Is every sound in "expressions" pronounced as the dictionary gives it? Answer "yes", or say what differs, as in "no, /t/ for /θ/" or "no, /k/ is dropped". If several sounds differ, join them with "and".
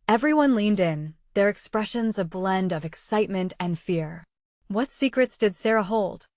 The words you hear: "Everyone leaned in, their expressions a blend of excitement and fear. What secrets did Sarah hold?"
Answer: yes